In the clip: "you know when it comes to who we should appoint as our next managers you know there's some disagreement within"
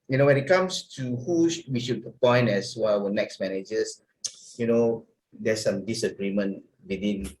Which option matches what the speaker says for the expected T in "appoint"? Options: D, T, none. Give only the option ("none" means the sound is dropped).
none